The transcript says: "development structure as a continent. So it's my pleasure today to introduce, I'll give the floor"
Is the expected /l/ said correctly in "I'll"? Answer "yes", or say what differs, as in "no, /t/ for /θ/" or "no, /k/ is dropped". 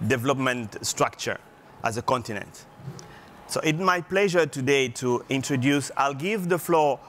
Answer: yes